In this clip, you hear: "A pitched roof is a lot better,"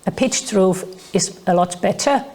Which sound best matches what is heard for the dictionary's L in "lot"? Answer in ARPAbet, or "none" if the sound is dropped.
L